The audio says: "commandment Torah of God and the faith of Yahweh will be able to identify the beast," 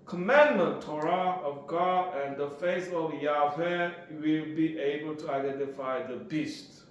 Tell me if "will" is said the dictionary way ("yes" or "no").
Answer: yes